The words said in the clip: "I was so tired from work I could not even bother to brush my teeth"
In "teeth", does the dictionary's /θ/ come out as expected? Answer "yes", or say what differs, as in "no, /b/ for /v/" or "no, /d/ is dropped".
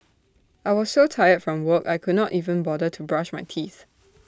yes